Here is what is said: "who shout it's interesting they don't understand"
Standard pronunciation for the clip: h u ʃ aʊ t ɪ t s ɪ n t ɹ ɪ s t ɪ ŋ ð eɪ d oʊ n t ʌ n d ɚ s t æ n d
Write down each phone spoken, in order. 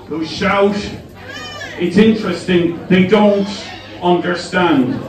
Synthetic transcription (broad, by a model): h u ʃ aʊ t ɪ t s ɪ n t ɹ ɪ s t ɪ ŋ ð eɪ d oʊ n t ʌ n d ɚ s t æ n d